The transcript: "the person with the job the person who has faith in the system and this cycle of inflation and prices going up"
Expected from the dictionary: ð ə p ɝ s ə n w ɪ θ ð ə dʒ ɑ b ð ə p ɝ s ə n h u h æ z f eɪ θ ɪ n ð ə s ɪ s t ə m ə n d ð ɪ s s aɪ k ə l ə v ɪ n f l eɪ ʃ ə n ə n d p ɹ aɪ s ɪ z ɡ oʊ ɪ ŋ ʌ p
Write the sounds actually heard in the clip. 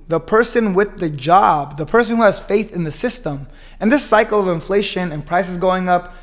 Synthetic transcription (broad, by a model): ð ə p ɝ s ə n w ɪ ð ə dʒ ɑ b ð ə p ɝ s ə n h u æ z f eɪ θ ɪ n ð ə s ɪ s t ə m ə n ð ɪ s s aɪ k l ə v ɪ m f l eɪ ʃ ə n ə n p ɹ aɪ s ɪ z ɡ oʊ ɪ ŋ ʌ p